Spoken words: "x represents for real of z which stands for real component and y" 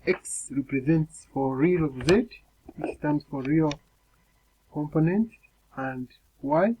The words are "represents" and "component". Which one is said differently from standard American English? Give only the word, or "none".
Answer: none